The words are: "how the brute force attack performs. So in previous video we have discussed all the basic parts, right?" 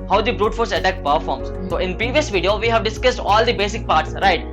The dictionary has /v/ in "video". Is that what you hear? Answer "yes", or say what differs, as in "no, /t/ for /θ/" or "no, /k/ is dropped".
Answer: yes